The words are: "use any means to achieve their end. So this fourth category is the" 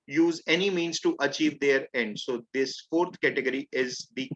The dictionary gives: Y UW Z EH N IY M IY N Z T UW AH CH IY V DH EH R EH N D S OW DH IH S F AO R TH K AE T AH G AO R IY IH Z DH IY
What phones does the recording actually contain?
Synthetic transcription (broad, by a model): Y UW Z EH N IY M IY N Z T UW AH CH IY V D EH R EH N D S OW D IH S F AO R T K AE T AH G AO R IY IH Z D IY